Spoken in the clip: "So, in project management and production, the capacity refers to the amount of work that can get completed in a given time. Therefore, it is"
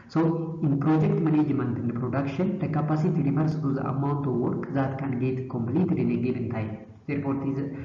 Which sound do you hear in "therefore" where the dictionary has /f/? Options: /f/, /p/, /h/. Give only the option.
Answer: /p/